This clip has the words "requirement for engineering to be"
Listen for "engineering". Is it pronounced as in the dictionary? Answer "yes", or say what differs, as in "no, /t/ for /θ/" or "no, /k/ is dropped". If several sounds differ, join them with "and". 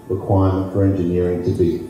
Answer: yes